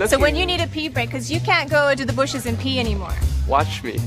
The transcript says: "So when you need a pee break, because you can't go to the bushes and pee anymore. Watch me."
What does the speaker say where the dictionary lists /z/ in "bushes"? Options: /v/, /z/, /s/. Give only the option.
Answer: /z/